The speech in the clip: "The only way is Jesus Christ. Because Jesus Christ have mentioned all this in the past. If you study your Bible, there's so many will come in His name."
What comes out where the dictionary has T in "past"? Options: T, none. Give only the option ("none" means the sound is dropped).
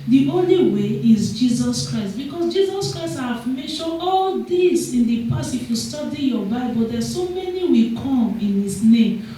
none